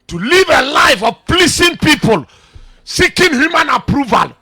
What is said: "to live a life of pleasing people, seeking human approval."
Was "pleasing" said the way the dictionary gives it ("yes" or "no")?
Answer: no